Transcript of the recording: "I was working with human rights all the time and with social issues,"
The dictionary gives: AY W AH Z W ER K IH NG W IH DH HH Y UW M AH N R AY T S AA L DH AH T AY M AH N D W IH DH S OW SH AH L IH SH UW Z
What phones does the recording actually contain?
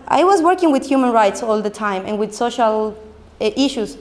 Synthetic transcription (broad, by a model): AY W AH Z W ER K IH NG W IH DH HH Y UW M AH N R AY T S AA L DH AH T AY M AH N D W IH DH S OW SH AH L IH SH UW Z